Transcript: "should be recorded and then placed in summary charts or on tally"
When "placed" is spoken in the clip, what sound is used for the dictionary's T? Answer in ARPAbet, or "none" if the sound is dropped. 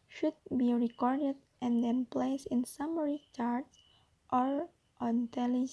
none